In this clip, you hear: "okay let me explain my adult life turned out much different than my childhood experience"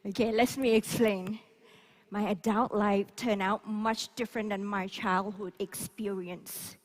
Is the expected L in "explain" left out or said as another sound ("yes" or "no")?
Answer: no